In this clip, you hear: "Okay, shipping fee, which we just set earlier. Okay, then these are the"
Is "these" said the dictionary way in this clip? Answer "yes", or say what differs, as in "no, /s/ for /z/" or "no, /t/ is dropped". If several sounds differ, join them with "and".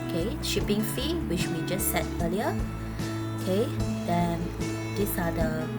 no, /s/ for /z/